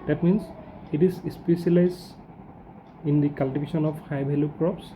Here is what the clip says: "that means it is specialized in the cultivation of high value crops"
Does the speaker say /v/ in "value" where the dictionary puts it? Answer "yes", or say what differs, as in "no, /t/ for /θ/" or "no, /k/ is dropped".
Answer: no, /b/ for /v/